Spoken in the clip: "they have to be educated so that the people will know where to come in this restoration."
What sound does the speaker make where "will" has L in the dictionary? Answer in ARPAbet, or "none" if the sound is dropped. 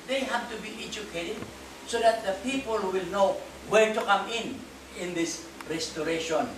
L